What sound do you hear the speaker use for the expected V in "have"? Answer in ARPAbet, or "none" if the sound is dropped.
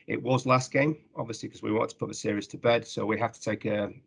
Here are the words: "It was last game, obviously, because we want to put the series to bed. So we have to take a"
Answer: F